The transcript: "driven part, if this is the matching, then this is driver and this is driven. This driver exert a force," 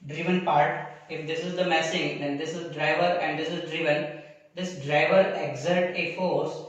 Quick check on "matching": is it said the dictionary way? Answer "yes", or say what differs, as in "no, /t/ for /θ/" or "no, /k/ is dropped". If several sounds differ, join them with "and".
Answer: no, /s/ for /tʃ/